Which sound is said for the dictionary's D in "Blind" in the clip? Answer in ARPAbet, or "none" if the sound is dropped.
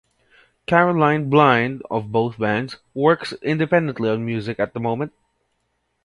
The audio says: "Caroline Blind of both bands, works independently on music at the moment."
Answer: D